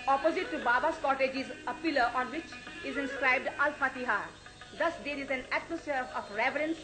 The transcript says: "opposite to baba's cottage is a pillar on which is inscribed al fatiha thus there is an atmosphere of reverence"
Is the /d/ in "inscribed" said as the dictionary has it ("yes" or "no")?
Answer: yes